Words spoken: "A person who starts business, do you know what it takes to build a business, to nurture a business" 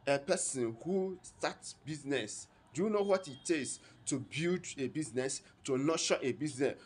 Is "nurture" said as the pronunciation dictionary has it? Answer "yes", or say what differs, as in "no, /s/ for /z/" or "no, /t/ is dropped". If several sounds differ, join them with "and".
no, /ʃ/ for /tʃ/